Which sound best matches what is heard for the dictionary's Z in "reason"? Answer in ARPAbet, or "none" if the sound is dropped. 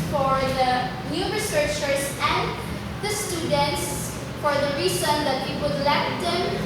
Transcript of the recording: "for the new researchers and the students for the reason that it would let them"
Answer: S